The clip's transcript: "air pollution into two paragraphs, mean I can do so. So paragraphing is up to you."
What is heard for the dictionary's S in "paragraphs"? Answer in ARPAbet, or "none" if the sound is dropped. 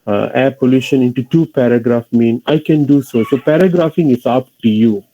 none